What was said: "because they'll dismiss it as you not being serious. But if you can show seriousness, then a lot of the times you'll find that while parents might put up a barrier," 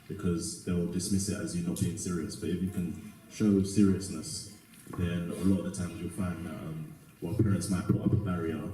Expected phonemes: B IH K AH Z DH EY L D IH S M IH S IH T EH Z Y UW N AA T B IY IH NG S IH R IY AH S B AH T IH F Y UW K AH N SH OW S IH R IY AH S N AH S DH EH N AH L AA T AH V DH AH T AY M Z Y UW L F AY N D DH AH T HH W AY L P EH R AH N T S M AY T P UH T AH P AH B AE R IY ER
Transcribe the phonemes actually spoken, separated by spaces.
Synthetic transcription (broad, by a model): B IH K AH Z DH EY L D IH S M IH S IH T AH Z Y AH N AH T B IY IH NG S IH R IY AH S B AH T IH F Y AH K AH N SH OW S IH R IY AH S N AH S DH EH N AH L AA T AH V DH AH T AY M Z Y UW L F AY N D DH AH T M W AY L P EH R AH N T S M AY T P UH T AH P AH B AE R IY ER